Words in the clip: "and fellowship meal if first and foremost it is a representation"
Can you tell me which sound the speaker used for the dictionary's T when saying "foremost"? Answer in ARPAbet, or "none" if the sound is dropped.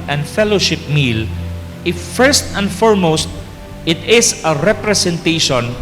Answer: T